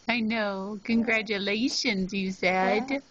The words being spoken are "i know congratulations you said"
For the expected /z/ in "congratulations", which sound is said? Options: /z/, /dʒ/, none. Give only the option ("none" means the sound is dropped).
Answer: /z/